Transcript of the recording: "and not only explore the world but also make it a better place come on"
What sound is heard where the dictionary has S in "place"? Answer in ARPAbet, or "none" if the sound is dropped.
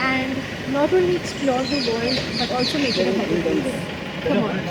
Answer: none